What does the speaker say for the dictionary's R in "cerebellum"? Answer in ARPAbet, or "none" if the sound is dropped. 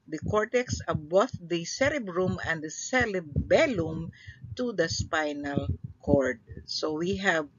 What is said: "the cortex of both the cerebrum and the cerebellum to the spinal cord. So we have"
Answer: L